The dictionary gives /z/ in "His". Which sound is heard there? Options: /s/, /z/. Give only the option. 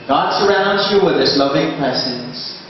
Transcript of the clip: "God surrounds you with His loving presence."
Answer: /s/